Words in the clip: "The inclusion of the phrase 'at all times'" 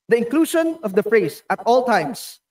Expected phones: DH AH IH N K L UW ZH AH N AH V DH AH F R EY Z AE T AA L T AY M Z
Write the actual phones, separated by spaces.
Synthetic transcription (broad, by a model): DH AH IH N K L UW SH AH N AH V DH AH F R EY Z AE T AA L T AY M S